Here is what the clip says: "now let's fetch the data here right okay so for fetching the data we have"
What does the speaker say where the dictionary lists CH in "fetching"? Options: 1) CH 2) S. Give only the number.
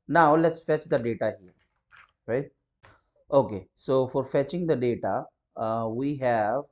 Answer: 1